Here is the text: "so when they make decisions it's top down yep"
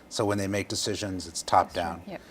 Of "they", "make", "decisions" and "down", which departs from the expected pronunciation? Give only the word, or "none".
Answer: none